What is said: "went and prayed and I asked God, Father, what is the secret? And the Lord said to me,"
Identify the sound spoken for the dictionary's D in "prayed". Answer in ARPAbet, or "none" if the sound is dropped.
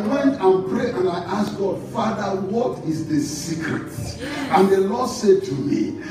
none